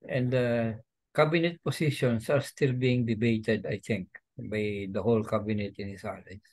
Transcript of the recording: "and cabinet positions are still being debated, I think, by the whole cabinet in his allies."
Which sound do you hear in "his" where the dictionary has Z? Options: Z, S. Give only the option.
S